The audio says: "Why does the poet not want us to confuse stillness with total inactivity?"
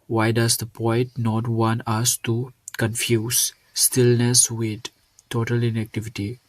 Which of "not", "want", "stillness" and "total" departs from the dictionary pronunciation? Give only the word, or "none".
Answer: none